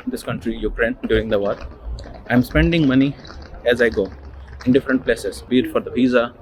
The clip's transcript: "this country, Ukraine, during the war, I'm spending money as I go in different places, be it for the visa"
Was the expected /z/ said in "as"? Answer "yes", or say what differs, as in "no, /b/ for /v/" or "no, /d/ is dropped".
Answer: yes